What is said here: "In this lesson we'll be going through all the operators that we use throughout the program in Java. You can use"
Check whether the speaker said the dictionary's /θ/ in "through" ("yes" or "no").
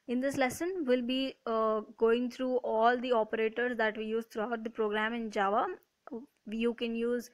no